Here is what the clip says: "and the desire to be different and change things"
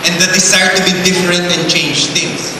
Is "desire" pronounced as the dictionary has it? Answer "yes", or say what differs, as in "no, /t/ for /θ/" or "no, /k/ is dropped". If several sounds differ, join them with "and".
no, /s/ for /z/